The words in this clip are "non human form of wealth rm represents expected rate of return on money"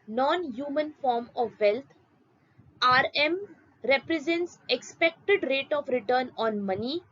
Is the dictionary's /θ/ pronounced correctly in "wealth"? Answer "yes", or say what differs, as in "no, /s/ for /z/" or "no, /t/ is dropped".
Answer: no, /t/ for /θ/